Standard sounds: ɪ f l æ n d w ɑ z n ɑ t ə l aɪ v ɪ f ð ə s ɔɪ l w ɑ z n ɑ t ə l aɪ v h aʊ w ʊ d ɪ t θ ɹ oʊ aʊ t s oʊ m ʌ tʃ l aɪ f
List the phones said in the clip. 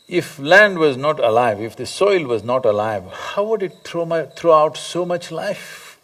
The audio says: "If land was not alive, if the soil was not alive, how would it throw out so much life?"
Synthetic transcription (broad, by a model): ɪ f l æ n d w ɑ z n ɑ t ə l aɪ v ɪ f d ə s ɔɪ l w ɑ z n ɑ t ə l aɪ v h aʊ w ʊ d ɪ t t ɹ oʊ aʊ t s oʊ m ʌ tʃ l aɪ f